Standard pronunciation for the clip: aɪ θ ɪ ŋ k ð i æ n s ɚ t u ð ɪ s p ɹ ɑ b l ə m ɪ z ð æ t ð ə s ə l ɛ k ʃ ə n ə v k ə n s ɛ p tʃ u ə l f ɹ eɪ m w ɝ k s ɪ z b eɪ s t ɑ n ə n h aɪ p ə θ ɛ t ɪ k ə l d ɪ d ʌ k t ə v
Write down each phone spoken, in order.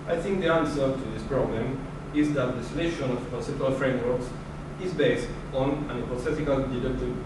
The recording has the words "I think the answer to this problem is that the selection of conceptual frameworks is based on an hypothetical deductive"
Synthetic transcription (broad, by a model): aɪ θ ɪ ŋ k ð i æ n s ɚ t u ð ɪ s p ɹ ɑ b l ə m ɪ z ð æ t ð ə s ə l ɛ ʃ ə n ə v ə s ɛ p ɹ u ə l f ɹ eɪ m w ɝ k s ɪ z b eɪ s t ɑ n ə n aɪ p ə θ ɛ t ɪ k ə l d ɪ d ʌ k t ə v